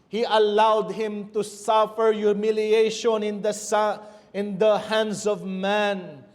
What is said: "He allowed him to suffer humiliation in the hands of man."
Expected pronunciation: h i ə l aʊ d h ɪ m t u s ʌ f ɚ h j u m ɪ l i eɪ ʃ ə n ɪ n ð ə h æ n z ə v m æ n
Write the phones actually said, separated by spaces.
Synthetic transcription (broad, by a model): h i ə l aʊ d h ɪ m t u s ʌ f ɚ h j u m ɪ l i eɪ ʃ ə n ɪ n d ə h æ n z ə v m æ n